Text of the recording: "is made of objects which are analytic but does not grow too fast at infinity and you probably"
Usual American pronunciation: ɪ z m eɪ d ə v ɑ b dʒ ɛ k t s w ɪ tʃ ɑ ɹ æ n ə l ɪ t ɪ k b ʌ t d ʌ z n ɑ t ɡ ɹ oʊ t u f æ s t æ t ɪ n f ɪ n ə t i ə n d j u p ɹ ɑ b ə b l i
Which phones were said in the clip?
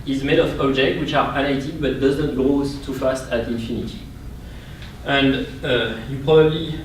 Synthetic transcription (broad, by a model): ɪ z m eɪ d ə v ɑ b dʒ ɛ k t w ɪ tʃ ɑ ɹ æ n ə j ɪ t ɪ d b ʌ t d ʌ z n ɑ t ɡ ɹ oʊ t u f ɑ s t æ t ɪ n f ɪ n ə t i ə n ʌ j u p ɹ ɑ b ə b l i